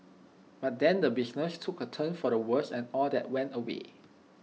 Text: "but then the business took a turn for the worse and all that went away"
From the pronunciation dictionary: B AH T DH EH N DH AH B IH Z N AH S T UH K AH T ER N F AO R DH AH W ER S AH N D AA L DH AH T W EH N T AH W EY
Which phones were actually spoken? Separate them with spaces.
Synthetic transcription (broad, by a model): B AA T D EH N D AH B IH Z N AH S T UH K AH T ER N F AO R AH W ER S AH N AA L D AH T W EH N T AH W EY